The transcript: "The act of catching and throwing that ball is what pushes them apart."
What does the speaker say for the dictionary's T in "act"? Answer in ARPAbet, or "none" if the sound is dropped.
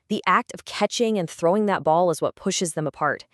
T